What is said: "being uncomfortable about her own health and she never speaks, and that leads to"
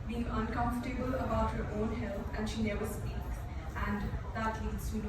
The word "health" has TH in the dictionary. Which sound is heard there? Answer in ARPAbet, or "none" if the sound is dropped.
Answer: T